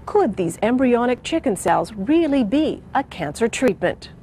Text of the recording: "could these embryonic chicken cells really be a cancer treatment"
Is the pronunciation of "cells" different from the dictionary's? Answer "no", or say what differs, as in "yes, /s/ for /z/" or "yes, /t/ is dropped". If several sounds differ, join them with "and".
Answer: no